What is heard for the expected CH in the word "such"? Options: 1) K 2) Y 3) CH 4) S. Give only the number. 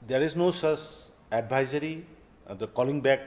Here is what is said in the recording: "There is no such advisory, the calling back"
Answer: 4